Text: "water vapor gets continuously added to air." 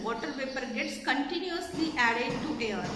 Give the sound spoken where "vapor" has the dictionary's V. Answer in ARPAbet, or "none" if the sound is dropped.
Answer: P